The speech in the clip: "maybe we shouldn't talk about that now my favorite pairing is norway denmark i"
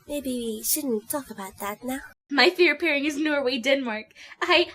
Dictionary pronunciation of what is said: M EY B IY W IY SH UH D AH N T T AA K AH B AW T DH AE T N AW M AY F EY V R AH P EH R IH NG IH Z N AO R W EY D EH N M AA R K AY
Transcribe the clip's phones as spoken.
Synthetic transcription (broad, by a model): M EY B IY W IY SH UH D N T T AA K AH B AW T DH AE T N AW M AY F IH R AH P EH R IH NG IH Z N AO R W EY D EH N M AA R K AY